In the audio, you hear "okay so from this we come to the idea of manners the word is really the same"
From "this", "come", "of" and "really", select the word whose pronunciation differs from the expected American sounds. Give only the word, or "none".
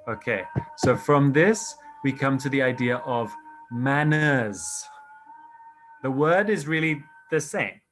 none